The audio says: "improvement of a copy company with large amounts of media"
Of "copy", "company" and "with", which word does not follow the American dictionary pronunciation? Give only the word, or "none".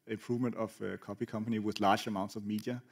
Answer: none